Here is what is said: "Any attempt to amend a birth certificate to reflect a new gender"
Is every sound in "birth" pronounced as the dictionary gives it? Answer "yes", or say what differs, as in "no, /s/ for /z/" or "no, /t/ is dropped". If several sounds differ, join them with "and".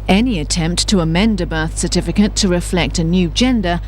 yes